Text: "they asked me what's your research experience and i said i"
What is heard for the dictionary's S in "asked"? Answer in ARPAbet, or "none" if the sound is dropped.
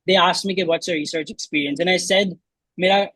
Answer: S